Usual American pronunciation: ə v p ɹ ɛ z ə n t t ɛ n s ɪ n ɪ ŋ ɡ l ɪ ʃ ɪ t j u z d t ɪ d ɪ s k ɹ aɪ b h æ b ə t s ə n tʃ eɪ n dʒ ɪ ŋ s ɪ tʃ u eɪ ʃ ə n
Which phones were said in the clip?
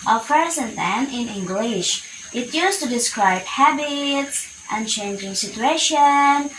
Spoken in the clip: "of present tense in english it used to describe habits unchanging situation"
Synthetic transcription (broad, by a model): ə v p ɹ ɛ z ə n t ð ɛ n ɪ n ɪ ŋ ɡ l ɪ ʃ ɪ t j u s t ɪ d ɪ s k ɹ aɪ b h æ b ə t s ə n tʃ eɪ n dʒ ɪ ŋ s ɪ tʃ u eɪ ʃ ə n